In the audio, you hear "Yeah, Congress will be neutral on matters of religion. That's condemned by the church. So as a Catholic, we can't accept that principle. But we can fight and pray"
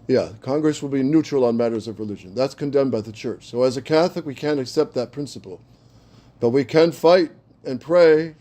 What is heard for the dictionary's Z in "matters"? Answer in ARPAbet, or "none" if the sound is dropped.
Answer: Z